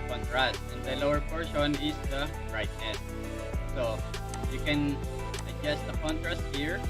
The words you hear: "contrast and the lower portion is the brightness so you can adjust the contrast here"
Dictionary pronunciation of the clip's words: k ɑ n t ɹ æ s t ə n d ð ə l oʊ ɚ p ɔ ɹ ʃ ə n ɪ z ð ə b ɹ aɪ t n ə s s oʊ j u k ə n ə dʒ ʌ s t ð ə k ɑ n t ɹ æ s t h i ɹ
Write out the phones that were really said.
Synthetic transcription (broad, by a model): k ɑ n t ɹ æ s t ə n d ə l oʊ ɚ p ɔ ɹ ʃ ə n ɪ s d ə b ɹ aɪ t ə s s oʊ j u k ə n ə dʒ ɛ s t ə k ɑ n t ɹ æ s t h i ɹ